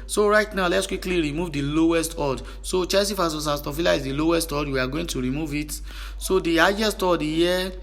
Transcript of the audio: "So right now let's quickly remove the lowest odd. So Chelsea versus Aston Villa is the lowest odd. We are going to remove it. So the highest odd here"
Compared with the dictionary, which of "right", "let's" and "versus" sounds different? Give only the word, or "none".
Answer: versus